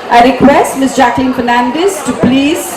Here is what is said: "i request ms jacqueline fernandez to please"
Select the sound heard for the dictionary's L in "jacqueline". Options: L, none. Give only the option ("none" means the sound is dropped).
L